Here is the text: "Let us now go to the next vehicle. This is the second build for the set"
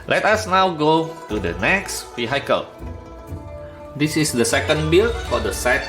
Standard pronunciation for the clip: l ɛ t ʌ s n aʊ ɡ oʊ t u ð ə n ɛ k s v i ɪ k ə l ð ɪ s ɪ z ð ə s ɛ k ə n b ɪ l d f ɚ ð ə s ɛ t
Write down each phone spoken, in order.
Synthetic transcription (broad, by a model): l ɛ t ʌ s n aʊ ɡ oʊ t u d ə n ɛ k s f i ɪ k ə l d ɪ s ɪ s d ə s ɛ k ə n b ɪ l f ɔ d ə s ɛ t